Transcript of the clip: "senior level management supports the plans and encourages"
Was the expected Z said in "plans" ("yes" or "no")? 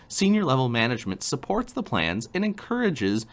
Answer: yes